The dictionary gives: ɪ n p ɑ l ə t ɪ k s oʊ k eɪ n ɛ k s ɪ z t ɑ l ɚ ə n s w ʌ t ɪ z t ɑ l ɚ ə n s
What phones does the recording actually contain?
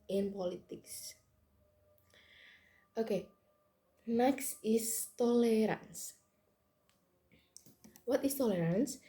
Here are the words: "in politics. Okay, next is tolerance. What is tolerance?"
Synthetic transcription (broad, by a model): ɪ n p ɑ l ə t ɪ k s oʊ k eɪ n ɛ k s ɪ s t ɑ l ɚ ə n s w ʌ t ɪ s t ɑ l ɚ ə n s